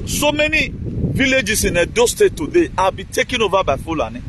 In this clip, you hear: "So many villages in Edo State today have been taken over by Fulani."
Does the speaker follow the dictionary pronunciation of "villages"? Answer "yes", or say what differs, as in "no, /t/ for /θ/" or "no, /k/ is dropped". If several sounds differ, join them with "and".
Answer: no, /s/ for /z/